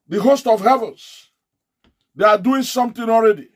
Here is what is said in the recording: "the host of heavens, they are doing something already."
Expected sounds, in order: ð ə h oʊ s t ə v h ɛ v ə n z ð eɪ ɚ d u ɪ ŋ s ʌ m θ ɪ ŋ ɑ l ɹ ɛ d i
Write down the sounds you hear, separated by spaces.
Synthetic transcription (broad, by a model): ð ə h oʊ s t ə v h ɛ v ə n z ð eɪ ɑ d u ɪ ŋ s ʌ m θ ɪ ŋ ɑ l ɹ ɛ d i